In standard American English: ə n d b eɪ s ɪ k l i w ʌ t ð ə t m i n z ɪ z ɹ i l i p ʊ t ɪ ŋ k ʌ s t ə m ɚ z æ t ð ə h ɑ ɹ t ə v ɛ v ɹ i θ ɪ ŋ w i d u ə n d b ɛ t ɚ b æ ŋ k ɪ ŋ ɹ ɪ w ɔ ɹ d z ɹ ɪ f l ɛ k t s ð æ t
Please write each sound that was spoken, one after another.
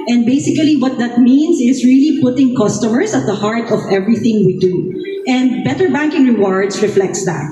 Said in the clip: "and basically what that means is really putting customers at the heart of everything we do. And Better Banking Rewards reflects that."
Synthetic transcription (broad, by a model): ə n d b eɪ s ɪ k l i w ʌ t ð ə t m i n s ɪ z ɹ i l i p ʊ t ɪ ŋ k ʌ s t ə m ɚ s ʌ t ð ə h ɑ ɹ t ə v ɛ v ɹ i θ ɪ ŋ w i d u ə n d b ɛ t ɚ b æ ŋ k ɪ ŋ ɹ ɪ w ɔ ɹ d s ɹ ɪ f l ɛ k t s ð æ t